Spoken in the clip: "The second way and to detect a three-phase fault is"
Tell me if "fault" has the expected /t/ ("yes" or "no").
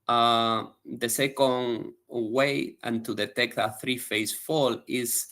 no